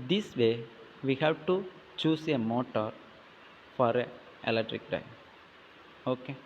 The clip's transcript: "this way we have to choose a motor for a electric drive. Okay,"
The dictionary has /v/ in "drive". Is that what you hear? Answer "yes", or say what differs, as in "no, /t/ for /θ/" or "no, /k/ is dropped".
no, /v/ is dropped